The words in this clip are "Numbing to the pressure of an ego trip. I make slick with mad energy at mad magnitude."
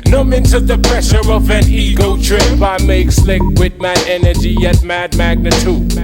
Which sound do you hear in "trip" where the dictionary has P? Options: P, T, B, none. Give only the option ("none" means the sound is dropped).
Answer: B